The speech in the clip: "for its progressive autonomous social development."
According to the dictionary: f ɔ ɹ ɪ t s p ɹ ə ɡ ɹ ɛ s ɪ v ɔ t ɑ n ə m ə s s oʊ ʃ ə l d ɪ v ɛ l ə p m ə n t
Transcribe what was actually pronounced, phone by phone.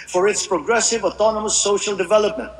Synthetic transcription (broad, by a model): f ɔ ɹ ɪ t s p ɹ ə ɡ ɹ ɛ s ɪ v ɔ t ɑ n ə m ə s s oʊ ʃ ə l d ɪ v ɛ l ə p m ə n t